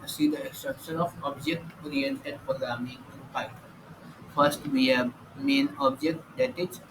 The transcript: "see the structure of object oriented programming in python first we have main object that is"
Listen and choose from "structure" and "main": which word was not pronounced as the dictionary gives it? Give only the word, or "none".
structure